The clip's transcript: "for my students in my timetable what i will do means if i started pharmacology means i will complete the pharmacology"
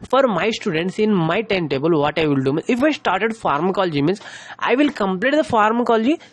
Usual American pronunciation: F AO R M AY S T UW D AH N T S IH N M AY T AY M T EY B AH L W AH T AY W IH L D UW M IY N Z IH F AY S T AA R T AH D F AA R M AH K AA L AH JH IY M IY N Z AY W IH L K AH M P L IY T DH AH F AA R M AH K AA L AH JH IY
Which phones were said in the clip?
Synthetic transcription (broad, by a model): F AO R M AY S T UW D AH N T S IH N M AY T AY M T EY B AH L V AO T AY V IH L D UW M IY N IH F AY S T AA R T AH D F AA R M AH K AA L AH JH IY M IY N S AY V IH L K AH M P L IY T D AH F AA R M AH K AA L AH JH IY